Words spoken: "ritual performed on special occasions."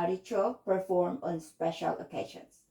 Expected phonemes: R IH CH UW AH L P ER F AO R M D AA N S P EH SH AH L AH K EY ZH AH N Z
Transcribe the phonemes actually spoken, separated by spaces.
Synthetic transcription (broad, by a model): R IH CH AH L P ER F AO R M AA N S P EH SH AH L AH K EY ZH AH N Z